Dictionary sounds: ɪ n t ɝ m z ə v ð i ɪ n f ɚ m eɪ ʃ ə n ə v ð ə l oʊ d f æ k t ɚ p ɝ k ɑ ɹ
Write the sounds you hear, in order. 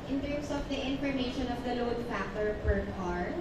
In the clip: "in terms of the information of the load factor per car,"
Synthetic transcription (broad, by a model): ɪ n t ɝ m s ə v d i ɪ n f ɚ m eɪ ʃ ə n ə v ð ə l oʊ d p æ t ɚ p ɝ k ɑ ɹ